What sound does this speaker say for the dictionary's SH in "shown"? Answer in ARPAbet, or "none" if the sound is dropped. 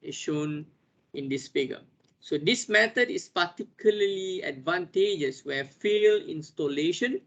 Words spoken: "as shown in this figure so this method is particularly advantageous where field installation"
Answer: SH